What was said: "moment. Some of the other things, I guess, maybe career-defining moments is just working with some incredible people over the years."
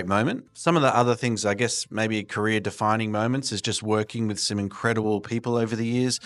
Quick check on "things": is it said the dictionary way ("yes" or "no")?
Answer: yes